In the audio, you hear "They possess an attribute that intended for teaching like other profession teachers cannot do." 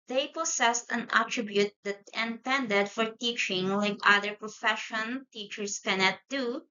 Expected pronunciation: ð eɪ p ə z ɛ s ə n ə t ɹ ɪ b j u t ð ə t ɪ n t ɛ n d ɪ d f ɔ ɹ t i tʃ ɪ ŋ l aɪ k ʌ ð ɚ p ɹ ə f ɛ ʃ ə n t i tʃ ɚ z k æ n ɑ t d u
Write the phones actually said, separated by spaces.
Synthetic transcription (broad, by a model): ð eɪ p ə s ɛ s ə n ə t ɹ ɪ b j u t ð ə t ɪ n t ɛ n d ɪ d f ɔ ɹ t i tʃ ɪ ŋ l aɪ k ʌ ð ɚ p ɹ ə f ɛ ʃ ə n t i tʃ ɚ s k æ n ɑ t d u